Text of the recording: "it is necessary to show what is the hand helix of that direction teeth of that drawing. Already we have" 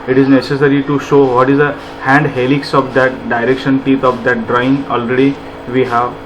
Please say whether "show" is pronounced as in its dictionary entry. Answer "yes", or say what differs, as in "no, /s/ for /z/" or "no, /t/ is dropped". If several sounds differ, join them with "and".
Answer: yes